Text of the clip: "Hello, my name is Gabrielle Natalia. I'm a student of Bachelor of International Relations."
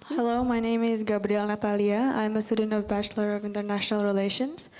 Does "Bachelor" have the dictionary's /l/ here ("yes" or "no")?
yes